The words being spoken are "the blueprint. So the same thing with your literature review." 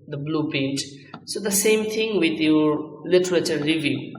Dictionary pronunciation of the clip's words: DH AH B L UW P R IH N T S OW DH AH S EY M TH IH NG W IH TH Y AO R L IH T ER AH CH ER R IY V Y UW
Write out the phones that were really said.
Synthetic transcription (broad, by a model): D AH B L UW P IH N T S OW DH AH S EY M T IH NG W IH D Y AO R L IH T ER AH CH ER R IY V Y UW